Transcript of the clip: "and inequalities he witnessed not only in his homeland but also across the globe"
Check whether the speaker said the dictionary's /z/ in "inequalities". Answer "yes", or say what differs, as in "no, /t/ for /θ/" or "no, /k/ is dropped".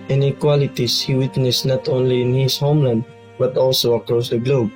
no, /s/ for /z/